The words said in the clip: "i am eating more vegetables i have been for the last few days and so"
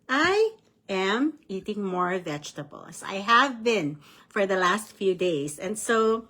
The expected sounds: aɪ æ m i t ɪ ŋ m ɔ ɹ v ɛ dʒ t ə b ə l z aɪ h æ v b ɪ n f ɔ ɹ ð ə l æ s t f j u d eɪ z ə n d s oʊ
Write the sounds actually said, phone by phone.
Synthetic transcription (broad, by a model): aɪ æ m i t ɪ ŋ m ɔ ɹ v ɛ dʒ t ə b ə l s aɪ h æ v b ɪ n f ɔ ɹ ð ə l æ s t f j u d eɪ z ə n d s oʊ